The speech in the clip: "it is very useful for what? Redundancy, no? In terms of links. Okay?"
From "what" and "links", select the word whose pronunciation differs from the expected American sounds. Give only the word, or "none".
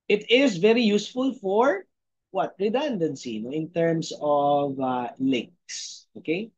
none